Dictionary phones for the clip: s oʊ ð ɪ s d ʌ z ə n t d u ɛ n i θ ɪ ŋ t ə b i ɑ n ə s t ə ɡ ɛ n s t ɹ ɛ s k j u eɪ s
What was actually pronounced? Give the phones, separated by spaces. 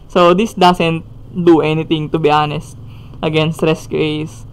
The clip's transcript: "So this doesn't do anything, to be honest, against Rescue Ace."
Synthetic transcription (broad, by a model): s oʊ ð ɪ s d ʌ s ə n t d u ɛ n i t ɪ ŋ t ə b i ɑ n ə s t ə ɡ ɛ n s t ɹ ɛ s k j u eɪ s